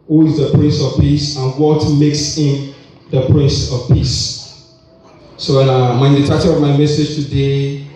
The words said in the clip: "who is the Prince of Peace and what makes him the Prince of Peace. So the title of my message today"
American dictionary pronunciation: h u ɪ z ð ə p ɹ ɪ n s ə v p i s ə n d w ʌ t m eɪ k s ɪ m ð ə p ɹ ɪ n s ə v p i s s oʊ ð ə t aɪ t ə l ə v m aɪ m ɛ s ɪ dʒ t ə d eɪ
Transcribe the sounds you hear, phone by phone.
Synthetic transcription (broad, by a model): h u ɪ z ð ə p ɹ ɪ n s ə v p i s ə n w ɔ t m eɪ k s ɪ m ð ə p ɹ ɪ n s ə v p i s s oʊ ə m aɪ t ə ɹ ə v m aɪ m ɛ s ɪ dʒ t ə d eɪ